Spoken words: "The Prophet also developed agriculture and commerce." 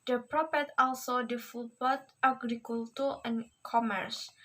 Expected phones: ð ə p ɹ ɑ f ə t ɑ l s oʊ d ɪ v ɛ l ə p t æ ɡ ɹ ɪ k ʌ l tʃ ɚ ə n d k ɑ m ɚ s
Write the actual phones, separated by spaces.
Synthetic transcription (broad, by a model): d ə p ɹ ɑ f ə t ɑ l s oʊ d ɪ f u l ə t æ ɡ ɹ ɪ k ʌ l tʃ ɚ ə n k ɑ m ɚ s